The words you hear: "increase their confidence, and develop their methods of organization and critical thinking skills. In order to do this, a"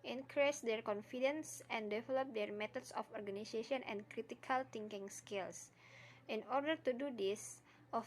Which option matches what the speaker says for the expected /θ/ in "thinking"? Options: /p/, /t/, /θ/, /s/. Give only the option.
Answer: /t/